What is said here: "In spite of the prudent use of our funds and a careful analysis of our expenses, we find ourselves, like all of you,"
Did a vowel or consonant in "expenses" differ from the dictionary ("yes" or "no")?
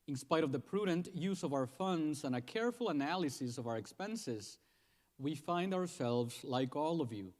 no